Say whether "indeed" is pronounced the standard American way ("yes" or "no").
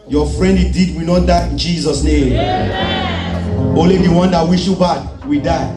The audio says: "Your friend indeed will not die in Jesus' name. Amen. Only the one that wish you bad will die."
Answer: no